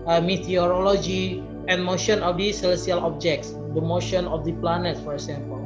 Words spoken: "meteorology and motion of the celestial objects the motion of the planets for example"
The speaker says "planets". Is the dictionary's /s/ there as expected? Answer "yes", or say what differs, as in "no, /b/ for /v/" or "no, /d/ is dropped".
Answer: no, /s/ is dropped